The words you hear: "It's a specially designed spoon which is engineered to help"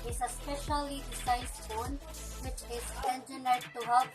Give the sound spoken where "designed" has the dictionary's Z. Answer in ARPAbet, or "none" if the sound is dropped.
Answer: S